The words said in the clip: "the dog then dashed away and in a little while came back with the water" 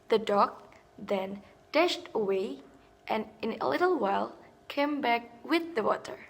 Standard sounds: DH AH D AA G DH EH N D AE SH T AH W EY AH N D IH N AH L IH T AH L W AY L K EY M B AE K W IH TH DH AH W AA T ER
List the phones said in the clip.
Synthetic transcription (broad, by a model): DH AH D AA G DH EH N D AE SH T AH W EY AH N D IH N AH L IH T L W AY L K EY M B AE K W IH DH AH W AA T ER